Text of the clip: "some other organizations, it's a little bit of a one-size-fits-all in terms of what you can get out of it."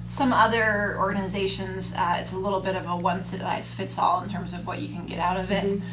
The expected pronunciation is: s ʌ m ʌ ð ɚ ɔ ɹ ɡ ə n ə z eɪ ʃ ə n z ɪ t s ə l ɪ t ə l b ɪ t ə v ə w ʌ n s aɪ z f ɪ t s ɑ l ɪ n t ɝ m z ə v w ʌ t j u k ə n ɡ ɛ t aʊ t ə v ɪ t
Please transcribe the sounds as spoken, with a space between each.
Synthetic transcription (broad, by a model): s ʌ m ʌ ð ɚ ɔ ɹ ɡ ə n ə z eɪ ʃ ə n z ɪ t s ə l ɪ t l b ɪ t ə v ə w ʌ n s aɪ s f ɪ t s ɑ l ɪ n t ɝ m z ə v w ʌ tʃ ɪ k ə n ɡ ɛ t aʊ t ə v ɪ t